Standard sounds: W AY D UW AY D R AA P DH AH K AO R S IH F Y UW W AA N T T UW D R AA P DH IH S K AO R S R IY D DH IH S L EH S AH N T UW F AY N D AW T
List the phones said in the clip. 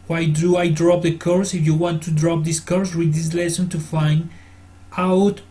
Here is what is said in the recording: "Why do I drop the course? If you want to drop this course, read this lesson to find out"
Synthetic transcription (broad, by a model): W AY D UW AY D R AA P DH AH K AO R S IH F Y UW W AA N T T UW D R AA P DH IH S K AO R S W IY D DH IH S L EH S AH N T UW F AY N D AW T